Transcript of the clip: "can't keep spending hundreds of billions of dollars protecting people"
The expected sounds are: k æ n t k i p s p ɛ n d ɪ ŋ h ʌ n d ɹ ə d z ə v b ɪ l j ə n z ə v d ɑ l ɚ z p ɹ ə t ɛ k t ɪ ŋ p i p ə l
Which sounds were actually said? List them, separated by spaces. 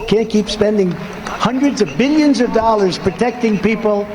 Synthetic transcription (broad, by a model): k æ n k i p s p ɛ n d ɪ ŋ h ʌ n d ɹ ə d z ə v b ɪ l j ə n z ə v d ɑ l ɚ z p ɹ ə t ɛ k t ɪ ŋ p i p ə l